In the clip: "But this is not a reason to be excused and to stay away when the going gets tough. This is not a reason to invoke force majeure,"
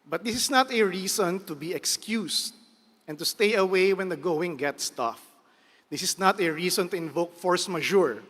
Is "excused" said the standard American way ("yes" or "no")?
no